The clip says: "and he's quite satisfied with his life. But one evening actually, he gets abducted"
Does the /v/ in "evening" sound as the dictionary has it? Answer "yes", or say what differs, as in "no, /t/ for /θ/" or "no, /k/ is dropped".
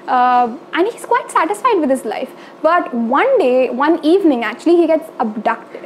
yes